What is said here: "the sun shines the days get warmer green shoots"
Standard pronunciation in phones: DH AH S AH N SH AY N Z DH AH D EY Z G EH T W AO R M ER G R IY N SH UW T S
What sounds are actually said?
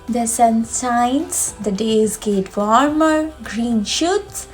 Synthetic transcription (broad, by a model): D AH S AH N S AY N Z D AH D EY Z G EH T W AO R M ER G R IY N SH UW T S